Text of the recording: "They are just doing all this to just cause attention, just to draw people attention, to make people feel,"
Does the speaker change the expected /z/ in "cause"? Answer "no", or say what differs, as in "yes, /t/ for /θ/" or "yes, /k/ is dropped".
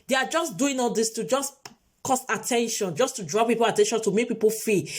yes, /s/ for /z/